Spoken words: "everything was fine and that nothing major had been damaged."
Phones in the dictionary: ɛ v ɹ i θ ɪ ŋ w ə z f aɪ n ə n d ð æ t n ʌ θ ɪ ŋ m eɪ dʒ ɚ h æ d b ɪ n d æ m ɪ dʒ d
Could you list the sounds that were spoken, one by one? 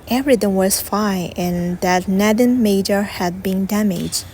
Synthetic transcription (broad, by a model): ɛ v ɹ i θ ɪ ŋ w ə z f aɪ ə n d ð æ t n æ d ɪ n m eɪ dʒ ɚ h æ d b ɪ n d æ m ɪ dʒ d